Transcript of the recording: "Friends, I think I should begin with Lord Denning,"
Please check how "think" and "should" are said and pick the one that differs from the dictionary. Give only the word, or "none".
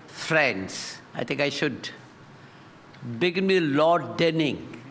think